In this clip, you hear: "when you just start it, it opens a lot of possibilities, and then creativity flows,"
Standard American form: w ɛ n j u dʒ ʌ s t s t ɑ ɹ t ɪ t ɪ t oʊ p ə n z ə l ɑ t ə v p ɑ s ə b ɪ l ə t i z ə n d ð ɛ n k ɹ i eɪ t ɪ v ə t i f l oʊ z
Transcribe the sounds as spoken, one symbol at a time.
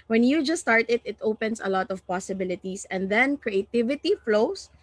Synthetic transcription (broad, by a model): w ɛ n j u dʒ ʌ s s t ɑ ɹ t ɪ t ɪ t oʊ p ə n s ə l ɑ t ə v p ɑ s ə b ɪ l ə t i s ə n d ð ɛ n k ɹ i eɪ t ɪ v ə t i f l oʊ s